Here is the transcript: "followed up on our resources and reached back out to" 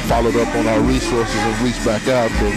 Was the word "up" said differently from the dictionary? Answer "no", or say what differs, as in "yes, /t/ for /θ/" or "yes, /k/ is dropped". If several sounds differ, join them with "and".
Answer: no